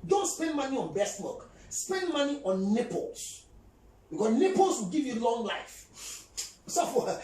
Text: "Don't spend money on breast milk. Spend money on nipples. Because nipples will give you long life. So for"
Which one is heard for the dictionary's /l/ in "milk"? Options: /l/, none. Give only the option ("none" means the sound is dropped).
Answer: none